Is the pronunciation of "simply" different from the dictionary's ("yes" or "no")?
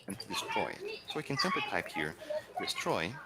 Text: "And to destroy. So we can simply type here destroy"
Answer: yes